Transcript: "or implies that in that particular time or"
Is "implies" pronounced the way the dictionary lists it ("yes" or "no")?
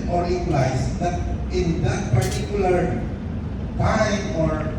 no